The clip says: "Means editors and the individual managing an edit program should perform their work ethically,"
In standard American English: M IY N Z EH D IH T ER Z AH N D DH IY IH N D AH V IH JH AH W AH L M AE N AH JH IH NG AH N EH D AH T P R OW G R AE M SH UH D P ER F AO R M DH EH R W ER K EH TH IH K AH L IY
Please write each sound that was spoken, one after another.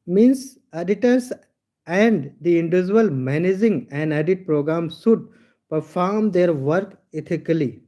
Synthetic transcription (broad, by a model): M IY N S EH D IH T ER S AH N D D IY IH N D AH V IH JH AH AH L M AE N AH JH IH NG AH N EH D AH T P R OW G R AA M S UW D P ER F AO R M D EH R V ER K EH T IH K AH L IY